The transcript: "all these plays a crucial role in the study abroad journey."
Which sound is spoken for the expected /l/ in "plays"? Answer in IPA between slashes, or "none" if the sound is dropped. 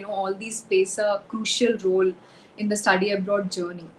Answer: none